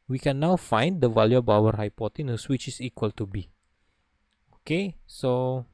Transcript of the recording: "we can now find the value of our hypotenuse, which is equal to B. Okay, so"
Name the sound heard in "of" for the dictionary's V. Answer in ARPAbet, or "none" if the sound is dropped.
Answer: B